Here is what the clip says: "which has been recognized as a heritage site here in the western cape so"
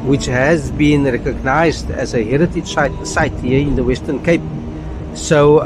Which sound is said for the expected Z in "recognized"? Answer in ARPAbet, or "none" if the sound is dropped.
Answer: Z